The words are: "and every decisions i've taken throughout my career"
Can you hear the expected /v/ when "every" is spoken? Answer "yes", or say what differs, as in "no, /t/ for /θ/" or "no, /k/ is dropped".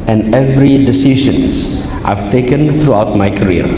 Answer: yes